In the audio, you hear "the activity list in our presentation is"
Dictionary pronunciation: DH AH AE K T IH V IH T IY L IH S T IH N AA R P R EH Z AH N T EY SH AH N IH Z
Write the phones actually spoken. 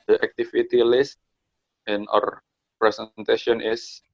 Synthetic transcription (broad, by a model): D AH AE K T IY F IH T IY L IH S T IH N AA R P R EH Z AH N T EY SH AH N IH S